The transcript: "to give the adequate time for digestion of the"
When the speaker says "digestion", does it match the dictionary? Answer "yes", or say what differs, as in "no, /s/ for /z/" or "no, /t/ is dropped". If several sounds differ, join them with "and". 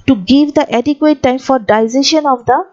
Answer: no, /z/ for /dʒ/